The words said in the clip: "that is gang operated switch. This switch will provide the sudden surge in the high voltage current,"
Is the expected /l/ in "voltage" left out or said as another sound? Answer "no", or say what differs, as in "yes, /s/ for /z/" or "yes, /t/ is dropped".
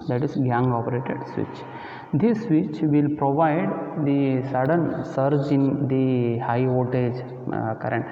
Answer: yes, /l/ is dropped